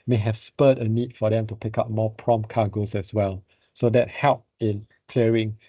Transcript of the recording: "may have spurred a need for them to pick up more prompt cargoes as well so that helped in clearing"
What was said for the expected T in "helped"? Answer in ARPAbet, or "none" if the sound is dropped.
none